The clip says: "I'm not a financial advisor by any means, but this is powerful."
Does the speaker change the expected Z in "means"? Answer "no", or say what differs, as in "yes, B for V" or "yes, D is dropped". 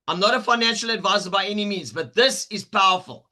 no